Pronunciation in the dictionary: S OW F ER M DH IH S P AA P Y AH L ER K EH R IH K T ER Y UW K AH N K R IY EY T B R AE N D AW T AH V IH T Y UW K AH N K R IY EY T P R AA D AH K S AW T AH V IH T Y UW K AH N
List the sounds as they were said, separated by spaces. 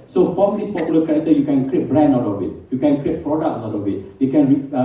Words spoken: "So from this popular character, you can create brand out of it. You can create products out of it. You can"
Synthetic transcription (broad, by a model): S OW F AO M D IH S P AA P Y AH L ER K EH R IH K T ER Y UW K AH N K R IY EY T B R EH N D AW T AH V IH T Y UW K AH N K R IY EY T P R AA D AH K S AW T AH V IH T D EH K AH N